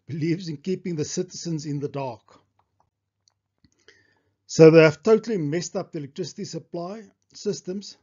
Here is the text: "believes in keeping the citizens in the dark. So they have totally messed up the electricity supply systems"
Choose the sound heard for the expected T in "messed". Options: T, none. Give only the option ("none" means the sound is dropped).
T